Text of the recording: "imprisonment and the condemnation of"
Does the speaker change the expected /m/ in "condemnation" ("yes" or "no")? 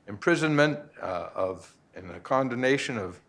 yes